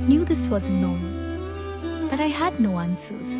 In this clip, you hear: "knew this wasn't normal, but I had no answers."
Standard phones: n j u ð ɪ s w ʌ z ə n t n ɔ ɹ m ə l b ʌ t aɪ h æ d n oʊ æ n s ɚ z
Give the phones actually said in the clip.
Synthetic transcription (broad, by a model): n j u ð ɪ s w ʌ z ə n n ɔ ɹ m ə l b ʌ t aɪ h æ d n oʊ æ n s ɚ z